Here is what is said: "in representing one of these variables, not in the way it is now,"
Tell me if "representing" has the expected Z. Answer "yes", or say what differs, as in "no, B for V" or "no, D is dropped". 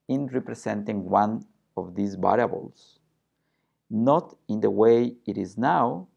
no, S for Z